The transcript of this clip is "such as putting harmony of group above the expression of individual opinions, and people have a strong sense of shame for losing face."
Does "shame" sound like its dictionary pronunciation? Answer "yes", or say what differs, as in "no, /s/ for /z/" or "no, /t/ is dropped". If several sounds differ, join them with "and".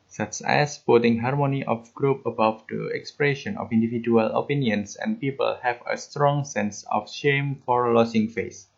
yes